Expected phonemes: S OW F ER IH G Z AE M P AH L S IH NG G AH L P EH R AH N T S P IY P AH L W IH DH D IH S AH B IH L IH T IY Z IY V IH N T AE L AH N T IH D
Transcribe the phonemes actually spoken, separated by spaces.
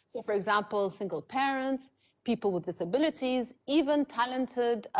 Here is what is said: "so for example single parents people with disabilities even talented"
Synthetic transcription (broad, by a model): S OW F ER IH G Z AE M P AH L S IH NG G AH L P EH R AH N T S P IY P AH L W IH DH D IH S AH B IH L IH T IY Z IY V IH N T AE L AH N T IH D